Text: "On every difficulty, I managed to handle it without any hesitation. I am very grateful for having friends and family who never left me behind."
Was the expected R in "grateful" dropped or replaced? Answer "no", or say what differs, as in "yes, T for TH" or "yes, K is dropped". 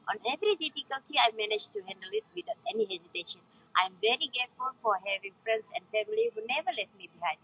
yes, R is dropped